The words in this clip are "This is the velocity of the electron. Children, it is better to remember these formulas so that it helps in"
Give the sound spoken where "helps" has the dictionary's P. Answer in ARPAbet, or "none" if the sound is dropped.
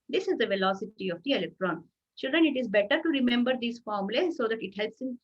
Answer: P